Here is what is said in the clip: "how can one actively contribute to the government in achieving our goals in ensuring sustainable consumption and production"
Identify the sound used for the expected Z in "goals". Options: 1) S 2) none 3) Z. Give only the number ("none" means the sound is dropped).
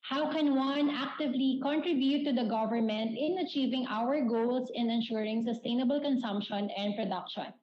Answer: 1